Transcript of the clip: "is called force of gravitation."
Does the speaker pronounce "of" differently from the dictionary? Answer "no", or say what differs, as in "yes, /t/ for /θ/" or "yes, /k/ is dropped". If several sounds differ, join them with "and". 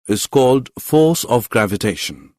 no